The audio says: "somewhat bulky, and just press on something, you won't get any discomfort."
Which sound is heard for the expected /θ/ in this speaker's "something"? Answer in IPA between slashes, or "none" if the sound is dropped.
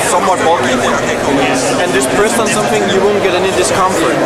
/t/